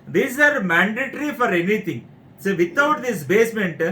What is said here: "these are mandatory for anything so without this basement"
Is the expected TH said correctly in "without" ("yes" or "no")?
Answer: no